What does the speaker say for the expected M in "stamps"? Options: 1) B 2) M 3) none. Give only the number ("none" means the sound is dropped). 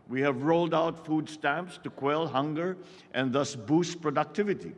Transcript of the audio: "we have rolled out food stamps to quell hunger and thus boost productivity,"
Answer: 2